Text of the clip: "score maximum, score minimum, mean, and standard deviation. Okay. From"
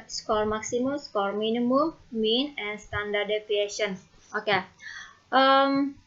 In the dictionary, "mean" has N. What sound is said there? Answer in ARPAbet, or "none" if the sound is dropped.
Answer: N